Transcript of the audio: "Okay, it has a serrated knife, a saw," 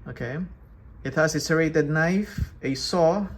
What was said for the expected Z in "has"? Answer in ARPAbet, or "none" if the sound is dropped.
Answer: S